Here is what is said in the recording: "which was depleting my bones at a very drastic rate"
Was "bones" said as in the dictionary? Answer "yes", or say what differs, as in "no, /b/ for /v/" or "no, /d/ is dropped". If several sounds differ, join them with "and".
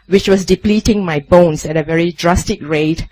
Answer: no, /s/ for /z/